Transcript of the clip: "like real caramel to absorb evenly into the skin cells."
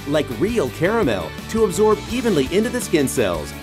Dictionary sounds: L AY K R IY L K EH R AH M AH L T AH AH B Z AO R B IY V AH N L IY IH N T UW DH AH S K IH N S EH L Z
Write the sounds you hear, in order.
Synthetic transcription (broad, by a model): L AY K R IY L K EH R AH M AH L T AH AH B Z AO R B IY V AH N L IY IH N T UW DH AH S K IH N S EH L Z